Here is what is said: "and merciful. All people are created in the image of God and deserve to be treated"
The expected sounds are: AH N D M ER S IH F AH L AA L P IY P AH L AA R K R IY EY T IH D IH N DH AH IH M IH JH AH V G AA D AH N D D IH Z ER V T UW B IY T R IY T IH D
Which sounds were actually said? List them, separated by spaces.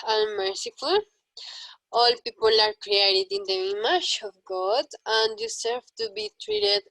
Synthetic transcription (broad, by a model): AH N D M ER S IH F AH L AA L P IY P AH L AA R K R IY EY T IH D IH N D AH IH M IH SH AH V G AA D AH N D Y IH S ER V T UW B IY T R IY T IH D